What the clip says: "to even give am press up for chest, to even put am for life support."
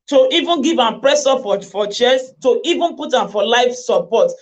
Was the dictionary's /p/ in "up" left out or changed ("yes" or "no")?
yes